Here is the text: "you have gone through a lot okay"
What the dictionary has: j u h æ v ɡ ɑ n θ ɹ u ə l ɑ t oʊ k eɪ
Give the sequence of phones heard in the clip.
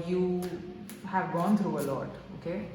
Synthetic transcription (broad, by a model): j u h æ v ɡ ɑ n t ɹ u ə l ɑ t oʊ k eɪ